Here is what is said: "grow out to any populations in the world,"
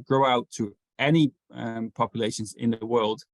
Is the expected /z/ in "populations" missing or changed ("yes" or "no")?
no